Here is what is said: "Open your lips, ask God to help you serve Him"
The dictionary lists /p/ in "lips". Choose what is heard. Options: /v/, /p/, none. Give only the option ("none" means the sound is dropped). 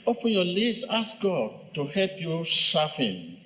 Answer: none